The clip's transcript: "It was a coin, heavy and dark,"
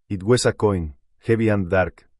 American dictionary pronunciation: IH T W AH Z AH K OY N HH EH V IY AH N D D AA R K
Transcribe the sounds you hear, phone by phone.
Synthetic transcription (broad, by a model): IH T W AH S AH K OY N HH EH B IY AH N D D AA R K